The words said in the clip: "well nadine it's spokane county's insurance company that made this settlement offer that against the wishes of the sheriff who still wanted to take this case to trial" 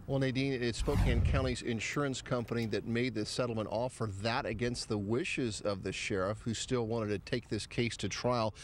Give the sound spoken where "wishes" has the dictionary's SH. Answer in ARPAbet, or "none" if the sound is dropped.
SH